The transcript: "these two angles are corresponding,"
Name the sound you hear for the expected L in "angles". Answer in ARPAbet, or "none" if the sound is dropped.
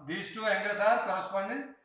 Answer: none